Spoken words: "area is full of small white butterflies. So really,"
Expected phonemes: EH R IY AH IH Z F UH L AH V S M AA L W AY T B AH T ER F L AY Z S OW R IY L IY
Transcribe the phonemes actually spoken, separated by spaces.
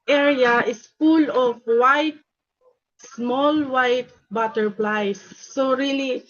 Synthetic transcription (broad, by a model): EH R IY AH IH S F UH L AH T S M AA L W AY T B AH T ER P L AY S OW R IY L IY